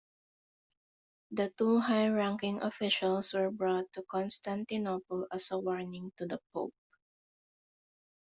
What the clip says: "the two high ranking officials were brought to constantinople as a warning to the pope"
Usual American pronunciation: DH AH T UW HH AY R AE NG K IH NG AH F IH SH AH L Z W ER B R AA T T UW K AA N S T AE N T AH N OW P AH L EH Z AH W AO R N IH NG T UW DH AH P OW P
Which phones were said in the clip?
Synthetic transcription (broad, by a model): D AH T UW HH AY R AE NG K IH NG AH F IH SH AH L S W ER B R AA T T UW K AA N S T AE N T AH N OW P AH L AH S AH W AO R N IH NG T UW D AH P OW P